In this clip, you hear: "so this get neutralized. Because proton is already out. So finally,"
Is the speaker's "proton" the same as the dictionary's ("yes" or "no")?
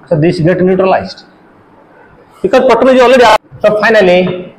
no